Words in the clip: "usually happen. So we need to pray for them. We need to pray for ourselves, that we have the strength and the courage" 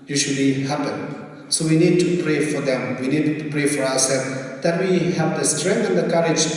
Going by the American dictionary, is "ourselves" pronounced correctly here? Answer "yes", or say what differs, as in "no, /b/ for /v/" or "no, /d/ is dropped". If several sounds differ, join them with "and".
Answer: no, /w/ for /ɹ/